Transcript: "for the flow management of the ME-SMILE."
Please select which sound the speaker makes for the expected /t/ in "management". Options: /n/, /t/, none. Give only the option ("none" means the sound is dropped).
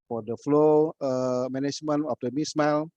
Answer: none